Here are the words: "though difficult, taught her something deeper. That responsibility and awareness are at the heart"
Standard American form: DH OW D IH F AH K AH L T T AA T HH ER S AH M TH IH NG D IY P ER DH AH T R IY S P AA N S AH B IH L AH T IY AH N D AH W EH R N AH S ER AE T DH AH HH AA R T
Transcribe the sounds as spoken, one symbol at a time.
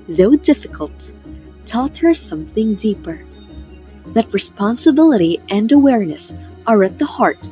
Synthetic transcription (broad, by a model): DH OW D IH F AH K AH L T T AA T HH ER S AH M TH IH NG D IY P ER DH AH T R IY S P AA N S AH B IH L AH T IY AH N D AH W EH R N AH S ER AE T DH AH HH AA R T